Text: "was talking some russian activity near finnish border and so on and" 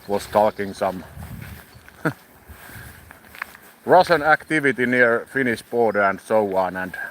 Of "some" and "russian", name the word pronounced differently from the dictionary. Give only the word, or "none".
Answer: russian